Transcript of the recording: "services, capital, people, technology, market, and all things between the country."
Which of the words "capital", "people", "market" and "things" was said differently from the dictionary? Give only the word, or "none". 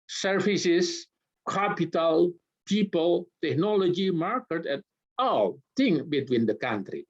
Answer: things